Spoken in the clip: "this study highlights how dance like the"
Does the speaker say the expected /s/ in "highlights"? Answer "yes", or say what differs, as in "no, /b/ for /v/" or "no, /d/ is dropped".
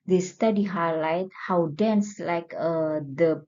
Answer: no, /s/ is dropped